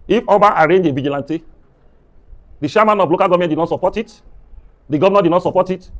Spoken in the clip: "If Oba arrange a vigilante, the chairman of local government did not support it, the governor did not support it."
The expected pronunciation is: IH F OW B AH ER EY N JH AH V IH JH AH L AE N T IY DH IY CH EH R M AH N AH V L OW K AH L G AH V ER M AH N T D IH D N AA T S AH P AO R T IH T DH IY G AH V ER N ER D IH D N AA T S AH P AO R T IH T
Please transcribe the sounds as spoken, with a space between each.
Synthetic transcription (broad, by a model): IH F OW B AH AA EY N JH AH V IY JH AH L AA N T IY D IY SH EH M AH N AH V L OW K AH L G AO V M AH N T D IH D N AA T S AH P AO T IH T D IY G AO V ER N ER D IH D N AA T S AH P AO T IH T